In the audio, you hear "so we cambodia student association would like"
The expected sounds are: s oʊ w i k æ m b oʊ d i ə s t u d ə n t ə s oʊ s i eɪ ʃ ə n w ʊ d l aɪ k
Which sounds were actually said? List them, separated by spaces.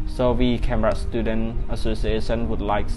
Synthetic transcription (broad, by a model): s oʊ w i k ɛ m oʊ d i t s t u d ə n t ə s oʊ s i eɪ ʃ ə n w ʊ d l aɪ k